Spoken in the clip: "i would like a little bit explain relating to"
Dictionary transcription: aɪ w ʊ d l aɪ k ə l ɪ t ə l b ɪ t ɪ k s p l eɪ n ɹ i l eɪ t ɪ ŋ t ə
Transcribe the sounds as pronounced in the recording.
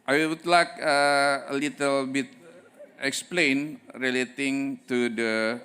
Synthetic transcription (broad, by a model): aɪ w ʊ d l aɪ k ə l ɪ t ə l b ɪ t ɪ k s p l eɪ n ɹ i l eɪ t ɪ ŋ t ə